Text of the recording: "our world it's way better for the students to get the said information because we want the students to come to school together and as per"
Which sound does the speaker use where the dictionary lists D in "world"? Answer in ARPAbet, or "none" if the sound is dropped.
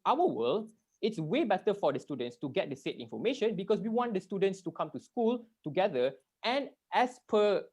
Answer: none